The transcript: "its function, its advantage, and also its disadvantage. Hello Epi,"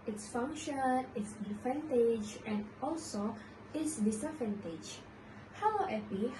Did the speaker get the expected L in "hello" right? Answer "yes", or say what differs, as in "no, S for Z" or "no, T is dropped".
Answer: no, W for L